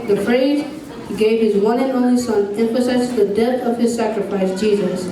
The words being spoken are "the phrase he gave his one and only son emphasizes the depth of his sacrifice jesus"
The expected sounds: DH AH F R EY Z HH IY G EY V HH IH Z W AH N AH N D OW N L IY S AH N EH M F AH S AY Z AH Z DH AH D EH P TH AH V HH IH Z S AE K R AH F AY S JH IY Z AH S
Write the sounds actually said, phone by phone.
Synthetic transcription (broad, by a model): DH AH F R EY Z HH IY G EY V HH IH Z W AH N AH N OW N IY S AH N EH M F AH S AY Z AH S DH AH D EH TH AH V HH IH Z S AE K R AH F AY S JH IY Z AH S